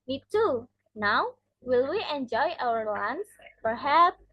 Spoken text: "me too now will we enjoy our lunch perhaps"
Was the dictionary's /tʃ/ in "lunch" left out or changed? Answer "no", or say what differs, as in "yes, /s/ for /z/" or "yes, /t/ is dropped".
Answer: yes, /s/ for /tʃ/